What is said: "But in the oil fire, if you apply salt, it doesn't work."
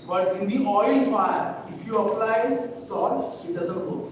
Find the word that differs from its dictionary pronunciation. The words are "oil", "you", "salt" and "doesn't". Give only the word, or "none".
salt